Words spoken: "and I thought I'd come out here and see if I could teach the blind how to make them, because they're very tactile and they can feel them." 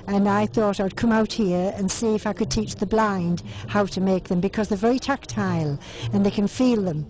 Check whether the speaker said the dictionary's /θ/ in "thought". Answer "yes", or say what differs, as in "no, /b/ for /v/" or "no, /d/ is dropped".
yes